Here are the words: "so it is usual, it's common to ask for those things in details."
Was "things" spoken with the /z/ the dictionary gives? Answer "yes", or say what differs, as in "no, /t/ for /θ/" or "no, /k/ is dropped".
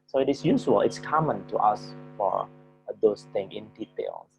no, /z/ is dropped